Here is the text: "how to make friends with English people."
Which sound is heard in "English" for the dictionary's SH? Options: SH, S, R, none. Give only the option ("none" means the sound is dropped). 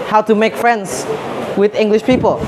SH